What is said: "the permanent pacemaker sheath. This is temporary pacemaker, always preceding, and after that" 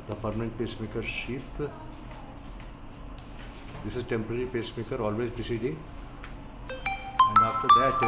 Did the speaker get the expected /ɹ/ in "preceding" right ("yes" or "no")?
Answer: no